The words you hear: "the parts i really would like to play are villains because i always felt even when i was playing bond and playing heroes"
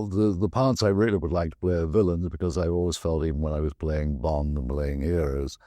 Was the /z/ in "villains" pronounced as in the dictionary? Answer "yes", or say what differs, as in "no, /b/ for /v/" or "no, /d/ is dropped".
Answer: yes